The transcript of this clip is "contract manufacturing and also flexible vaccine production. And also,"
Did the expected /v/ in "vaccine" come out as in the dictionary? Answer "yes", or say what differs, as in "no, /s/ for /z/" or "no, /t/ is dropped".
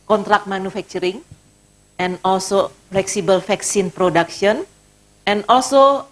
no, /f/ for /v/